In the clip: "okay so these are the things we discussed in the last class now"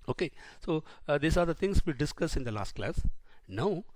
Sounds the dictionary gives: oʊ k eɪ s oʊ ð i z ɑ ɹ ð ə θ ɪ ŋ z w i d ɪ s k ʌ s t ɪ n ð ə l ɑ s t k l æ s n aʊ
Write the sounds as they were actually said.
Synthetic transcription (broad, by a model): oʊ k eɪ s oʊ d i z ɑ ɹ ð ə t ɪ ŋ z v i d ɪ s k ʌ s ɪ n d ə l ɑ s t k l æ s n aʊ